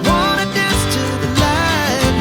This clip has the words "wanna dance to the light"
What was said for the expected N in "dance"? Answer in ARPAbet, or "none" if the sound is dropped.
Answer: none